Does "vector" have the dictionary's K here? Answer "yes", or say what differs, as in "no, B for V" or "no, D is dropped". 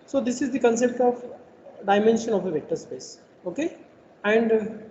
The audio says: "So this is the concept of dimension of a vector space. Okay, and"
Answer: no, K is dropped